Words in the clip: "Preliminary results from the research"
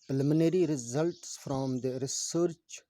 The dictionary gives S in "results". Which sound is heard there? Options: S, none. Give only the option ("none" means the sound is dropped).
S